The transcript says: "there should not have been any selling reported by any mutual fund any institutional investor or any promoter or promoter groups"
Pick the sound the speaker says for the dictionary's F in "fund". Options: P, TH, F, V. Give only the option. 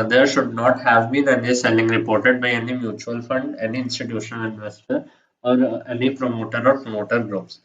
F